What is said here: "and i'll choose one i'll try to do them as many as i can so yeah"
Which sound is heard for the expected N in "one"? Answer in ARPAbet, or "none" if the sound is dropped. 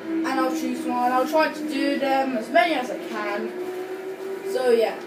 L